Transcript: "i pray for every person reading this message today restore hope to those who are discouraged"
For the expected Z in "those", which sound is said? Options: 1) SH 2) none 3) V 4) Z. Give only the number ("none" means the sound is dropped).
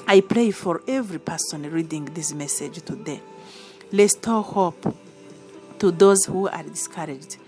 4